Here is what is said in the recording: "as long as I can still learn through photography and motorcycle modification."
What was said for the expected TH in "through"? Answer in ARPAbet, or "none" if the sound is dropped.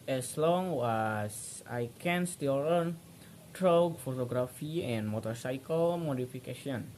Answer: T